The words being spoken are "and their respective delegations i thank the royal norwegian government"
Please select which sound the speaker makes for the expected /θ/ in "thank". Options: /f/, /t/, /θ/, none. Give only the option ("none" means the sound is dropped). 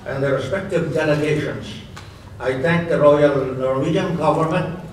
/t/